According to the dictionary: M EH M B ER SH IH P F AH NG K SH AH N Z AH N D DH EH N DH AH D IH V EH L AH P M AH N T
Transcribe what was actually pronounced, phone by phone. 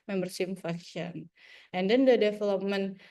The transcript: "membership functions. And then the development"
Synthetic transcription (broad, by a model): M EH M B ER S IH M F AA K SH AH N AH N D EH N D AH D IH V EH L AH P M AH N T